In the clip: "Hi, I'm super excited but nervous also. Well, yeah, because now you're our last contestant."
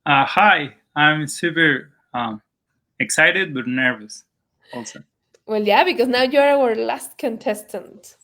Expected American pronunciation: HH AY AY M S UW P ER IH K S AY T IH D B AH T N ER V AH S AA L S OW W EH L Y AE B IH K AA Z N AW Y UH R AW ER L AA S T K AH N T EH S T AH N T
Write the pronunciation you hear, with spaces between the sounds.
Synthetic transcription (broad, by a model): HH AY AY M S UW P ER IH K S AY T IH D B AH T N ER V AH S AA L S OW W EH L Y AE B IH K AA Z N AW Y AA R AW ER L AA S T K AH N T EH S T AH N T